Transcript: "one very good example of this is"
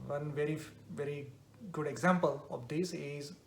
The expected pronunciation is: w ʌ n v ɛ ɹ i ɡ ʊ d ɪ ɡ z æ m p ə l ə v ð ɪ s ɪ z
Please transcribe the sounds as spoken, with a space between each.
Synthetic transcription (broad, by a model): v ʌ n v ɛ ɹ i ɡ ʊ d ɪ ɡ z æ m p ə l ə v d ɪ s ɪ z